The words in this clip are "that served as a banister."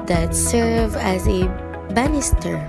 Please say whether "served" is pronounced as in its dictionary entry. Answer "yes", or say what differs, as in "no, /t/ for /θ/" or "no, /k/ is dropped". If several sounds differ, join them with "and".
no, /d/ is dropped